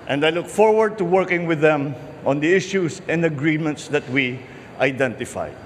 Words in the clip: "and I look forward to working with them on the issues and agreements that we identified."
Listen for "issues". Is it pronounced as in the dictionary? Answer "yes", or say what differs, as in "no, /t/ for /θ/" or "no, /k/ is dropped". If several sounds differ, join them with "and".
no, /s/ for /z/